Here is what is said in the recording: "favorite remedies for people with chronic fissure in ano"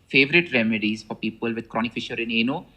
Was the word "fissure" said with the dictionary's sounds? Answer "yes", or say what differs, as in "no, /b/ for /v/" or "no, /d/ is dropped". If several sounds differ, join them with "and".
yes